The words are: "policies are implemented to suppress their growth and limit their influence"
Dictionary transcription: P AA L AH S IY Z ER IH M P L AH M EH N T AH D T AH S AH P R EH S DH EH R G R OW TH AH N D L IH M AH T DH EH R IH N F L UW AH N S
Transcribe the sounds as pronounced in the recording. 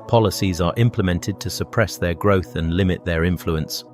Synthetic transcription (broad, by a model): P AA L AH S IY Z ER IH M P L AH M EH N T AH D T AH S AH P R EH S DH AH G R OW TH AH N L IH M AH T DH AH R IH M F L UW AH N S